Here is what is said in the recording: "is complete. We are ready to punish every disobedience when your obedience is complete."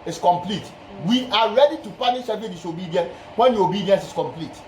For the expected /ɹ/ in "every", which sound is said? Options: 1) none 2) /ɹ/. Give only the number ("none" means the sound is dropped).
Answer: 1